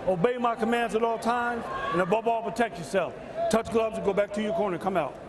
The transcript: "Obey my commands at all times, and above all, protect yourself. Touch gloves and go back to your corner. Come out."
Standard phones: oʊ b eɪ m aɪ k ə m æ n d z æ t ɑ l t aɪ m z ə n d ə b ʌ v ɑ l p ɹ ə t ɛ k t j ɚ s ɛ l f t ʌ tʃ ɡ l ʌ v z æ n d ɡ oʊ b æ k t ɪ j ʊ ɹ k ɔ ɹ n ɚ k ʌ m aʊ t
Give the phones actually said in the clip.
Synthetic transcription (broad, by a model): oʊ b eɪ m aɪ k ə m æ n d z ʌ t ɑ l t aɪ m z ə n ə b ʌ b ɑ l p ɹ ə t ɛ k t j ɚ s ɛ l f t ʌ tʃ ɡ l ʌ b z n ɡ oʊ b æ k t ɪ j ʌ ɹ k ɔ ɹ n ɚ k ʌ m aʊ t